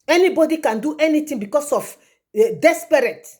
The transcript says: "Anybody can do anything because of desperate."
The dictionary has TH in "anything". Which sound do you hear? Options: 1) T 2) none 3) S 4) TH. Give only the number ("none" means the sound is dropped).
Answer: 1